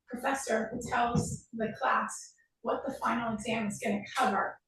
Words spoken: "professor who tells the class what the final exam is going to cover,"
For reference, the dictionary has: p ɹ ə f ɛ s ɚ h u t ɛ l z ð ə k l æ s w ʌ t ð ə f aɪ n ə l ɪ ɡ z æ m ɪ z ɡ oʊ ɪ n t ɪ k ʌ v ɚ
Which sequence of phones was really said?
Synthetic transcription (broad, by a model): p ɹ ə f ɛ s ɚ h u t ɛ l z ð ə k l æ s w ʌ t ð ə f aɪ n l ɪ ɡ z æ m ɪ z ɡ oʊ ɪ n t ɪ k ʌ v ɚ